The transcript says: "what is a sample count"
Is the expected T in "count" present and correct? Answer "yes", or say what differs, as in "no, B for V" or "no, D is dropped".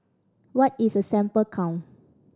no, T is dropped